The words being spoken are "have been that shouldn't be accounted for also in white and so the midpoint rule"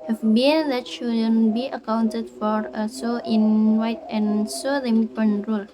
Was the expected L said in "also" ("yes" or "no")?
no